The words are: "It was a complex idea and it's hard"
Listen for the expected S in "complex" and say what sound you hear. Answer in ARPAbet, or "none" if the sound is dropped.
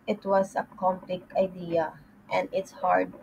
none